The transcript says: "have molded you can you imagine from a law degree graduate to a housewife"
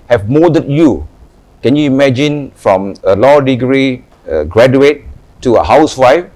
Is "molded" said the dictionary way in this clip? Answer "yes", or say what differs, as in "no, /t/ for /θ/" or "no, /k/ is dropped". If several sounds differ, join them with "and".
no, /l/ is dropped